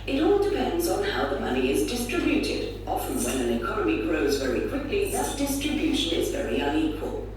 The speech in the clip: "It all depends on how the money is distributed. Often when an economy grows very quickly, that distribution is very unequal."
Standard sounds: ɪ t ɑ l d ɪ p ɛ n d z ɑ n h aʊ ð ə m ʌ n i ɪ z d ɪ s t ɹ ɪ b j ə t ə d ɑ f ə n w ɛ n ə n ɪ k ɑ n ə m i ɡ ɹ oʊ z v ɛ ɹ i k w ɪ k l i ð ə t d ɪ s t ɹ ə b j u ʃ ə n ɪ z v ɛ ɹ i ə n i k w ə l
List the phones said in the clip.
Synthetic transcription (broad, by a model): ɪ t ɑ l d ɪ p ɛ n d z n h aʊ ð ə m ʌ n i ɪ z d ɪ s t ɹ ɪ b j ə t ə d ɑ f ə n w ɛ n ə n ɪ k ɑ n ə m i ɡ ɹ oʊ z v ɛ ɹ i k w ɪ k l i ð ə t d ɪ s t ɹ ə b j u ʃ ə n ɪ z v ɛ ɹ i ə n i k w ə l